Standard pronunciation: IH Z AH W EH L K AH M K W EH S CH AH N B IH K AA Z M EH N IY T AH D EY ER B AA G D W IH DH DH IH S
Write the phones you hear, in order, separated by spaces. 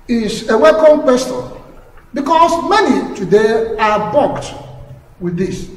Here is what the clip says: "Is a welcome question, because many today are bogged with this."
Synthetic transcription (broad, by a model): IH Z AH W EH K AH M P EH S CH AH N B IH K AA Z M EH N IY T AH D EY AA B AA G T W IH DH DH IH S